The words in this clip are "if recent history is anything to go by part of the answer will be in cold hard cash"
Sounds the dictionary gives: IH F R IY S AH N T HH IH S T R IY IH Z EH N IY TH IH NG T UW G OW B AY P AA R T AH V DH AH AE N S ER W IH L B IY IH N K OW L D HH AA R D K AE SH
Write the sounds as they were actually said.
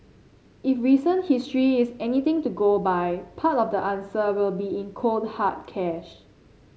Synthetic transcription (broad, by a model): IH F R IY S AH N HH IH S T R IY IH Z EH N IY T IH NG T UW G OW B AY P AA T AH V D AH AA N S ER W IH L B IY IH N K OW L D HH AA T K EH SH